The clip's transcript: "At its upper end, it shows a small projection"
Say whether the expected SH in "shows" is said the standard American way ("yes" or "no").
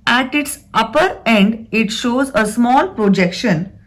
yes